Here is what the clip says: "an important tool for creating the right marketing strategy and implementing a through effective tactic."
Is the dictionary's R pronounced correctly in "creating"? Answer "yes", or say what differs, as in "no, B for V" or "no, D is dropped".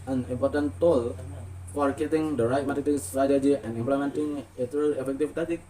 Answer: no, R is dropped